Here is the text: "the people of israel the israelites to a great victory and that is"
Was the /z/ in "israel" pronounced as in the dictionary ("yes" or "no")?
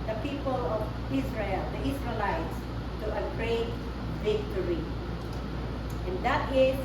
no